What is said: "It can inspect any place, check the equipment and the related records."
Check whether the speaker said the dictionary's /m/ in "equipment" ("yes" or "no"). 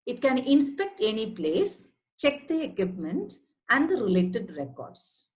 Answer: yes